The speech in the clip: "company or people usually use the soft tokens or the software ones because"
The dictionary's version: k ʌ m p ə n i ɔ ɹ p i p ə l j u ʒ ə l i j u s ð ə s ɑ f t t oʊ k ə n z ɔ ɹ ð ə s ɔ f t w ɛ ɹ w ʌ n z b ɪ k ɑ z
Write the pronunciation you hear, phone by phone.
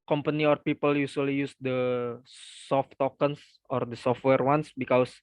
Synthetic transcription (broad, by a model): k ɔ m p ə n i ɔ ɹ p i p ə l j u s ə l i j u s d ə s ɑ f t t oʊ k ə n s ɔ ɹ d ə s ɔ f t w ɛ ɹ w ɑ n s b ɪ k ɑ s